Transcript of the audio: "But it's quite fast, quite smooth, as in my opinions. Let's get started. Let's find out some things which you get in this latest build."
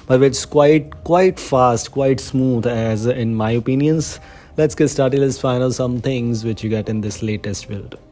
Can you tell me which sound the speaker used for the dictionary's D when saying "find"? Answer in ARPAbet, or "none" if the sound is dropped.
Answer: none